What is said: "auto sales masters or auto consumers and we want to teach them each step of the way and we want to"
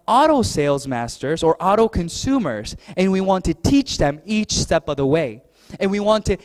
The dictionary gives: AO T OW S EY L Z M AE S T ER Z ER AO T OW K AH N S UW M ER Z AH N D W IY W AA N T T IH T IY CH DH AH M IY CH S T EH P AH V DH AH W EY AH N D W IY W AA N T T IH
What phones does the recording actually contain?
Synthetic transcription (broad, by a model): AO T OW S EY L Z M AE S T ER Z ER AO T OW K AH N S UW M ER Z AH N W IY W AA N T T IH T IY CH DH AH M IY CH S T EH P AH V DH AH W EY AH N W IY W AA N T T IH